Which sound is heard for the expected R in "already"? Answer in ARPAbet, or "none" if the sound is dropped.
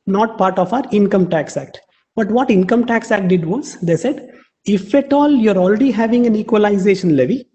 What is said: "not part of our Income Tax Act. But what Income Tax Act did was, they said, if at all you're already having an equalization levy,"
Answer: R